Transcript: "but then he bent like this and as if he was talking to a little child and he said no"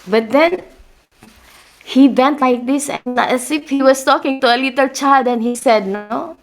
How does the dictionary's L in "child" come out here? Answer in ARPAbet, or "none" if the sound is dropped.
none